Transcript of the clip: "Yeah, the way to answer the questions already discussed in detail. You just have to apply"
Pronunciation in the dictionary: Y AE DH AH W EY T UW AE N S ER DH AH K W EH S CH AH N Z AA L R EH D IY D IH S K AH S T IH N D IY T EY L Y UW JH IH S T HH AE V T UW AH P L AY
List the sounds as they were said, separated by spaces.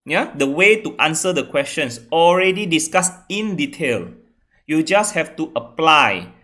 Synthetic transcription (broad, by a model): Y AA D AH W EY T UW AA N S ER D AH K W EH S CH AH N S AA L R EH D IY D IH S K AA S IH N D IY T EY L Y UW JH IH S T HH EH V T UW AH P L AY